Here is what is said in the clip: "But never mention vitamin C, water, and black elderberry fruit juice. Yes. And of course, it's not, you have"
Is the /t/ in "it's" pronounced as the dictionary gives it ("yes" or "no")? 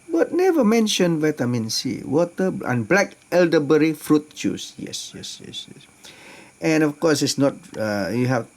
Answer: no